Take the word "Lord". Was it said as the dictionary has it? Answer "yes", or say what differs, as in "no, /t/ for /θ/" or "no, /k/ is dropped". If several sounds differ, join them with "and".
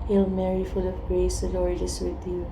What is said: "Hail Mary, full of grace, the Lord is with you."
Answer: no, /n/ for /l/